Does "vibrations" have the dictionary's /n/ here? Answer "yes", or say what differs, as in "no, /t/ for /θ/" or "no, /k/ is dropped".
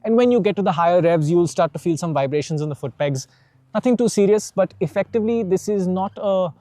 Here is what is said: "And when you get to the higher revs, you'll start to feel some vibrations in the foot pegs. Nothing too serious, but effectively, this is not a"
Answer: yes